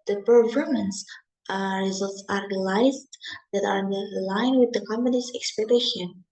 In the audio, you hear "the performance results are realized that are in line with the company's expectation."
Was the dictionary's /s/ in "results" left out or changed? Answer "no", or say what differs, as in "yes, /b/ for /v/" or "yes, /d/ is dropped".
no